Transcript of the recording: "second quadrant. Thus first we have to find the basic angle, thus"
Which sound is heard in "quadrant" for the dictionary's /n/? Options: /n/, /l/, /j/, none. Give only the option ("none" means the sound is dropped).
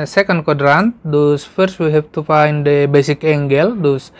/n/